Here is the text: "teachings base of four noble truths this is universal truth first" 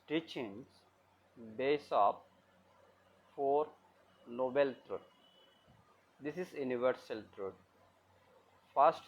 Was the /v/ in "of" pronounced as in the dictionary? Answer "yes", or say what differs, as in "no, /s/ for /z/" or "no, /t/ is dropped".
no, /p/ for /v/